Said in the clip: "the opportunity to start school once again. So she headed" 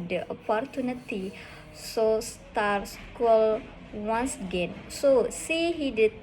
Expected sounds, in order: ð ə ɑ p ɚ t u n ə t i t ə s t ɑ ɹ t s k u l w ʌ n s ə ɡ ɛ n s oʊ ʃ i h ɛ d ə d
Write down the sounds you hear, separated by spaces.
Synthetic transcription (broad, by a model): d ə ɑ p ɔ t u n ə t i s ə s t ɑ ɹ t s k u l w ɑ n s ə ɡ ɛ n s oʊ s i h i d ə